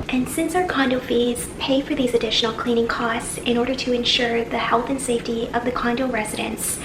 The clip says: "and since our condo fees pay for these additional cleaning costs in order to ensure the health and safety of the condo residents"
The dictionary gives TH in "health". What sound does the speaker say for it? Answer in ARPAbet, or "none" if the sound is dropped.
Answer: TH